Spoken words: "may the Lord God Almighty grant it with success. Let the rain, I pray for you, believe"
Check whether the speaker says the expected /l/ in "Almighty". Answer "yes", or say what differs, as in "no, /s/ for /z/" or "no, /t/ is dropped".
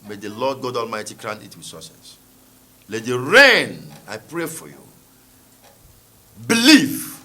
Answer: yes